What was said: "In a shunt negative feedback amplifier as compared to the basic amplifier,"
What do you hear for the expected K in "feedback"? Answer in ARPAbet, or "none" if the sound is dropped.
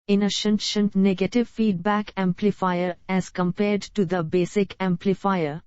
K